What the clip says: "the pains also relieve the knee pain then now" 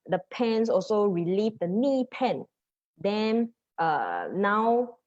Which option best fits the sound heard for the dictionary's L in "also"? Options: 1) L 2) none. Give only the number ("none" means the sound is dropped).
1